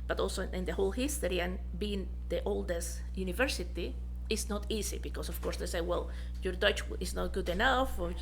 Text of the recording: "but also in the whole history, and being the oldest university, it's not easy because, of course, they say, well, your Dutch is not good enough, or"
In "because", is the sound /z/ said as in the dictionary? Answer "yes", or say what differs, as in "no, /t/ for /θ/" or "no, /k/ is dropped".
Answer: no, /s/ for /z/